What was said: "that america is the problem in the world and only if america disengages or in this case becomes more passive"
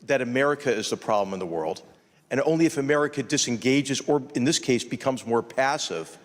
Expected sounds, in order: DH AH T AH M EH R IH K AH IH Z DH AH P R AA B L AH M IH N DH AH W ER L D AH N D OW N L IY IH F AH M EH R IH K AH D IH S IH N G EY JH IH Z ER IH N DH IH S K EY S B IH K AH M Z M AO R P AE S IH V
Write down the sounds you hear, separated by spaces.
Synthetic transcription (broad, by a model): DH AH T AH M EH R IH K AH IH Z DH AH P R AA B L AH M IH N DH AH W ER L D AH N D OW N L IY IH F AH M EH R IH K AH D IH S IH N G EY JH IH Z ER IH N DH IH S K EY S B IH K AH M Z M AO R P AE S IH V